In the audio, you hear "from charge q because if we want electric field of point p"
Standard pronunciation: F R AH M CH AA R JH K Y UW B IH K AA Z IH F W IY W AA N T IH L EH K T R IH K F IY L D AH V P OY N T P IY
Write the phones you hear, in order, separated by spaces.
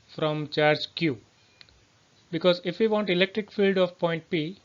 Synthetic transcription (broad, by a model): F R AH M CH AA R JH K Y UW B IH K AA Z IH F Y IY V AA N T IH L EH K T R IH K F IY L D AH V P OY N T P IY